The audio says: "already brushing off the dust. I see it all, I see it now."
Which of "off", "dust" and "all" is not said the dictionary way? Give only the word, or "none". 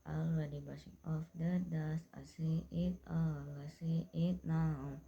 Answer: dust